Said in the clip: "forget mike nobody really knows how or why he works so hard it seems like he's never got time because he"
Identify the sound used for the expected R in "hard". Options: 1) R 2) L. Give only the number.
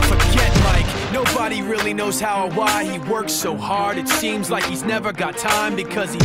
1